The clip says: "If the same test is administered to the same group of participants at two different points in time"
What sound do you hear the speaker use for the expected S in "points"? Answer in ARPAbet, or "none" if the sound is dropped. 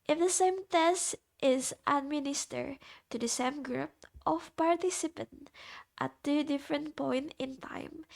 none